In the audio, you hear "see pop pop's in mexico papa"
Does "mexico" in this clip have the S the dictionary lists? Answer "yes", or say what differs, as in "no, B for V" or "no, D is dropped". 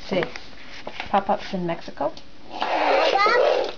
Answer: yes